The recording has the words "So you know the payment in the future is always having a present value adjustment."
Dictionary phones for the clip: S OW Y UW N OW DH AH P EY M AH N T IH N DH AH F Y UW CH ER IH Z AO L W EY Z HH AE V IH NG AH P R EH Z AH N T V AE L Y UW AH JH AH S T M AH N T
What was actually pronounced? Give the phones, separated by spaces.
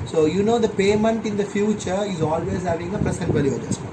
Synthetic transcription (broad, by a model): S OW Y UW N OW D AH P EY M AH N T IH N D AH F Y UW CH ER IH Z AO L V EY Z HH AE V IH NG AH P R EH S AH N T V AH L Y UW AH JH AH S